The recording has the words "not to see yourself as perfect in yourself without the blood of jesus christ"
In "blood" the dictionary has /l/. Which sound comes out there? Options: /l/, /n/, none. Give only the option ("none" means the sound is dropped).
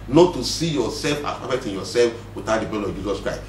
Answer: none